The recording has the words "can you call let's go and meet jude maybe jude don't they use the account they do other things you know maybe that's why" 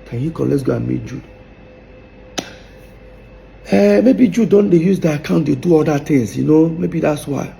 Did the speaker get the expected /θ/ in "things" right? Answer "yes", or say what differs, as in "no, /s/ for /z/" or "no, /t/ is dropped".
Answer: no, /t/ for /θ/